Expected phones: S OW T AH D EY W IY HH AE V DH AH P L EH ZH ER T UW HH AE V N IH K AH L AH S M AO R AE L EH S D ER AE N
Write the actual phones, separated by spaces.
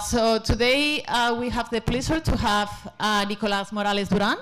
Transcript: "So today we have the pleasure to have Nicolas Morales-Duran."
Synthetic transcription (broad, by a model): S OW T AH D EY W IY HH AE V DH AH P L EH S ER T UW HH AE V N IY K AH L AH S M AO R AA L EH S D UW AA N